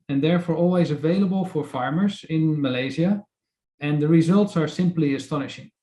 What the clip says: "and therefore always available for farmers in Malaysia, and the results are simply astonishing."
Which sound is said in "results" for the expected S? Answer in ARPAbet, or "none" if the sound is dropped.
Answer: S